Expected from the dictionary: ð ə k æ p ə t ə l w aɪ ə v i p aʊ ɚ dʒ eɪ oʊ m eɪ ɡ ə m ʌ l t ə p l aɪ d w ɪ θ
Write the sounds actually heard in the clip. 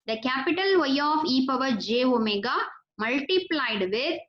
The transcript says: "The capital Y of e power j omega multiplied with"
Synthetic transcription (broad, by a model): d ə k æ p ə t ə l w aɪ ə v i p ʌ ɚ dʒ eɪ oʊ m eɪ ɡ ə m ʌ l t ə p l aɪ d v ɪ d